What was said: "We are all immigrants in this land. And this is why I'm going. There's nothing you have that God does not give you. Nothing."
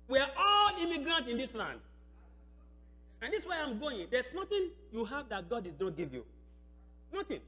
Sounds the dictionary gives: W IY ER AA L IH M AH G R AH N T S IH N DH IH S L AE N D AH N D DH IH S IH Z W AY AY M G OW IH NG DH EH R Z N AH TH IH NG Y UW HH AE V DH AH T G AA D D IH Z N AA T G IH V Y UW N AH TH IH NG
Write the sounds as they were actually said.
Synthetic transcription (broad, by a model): W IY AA AA L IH M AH G R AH N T IH N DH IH S L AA N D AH N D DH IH S W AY AY M G OW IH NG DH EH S N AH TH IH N Y UW HH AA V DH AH T G AA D D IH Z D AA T G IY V Y UW N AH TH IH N